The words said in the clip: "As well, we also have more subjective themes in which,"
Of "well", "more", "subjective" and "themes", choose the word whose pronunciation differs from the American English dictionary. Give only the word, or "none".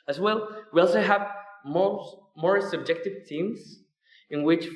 themes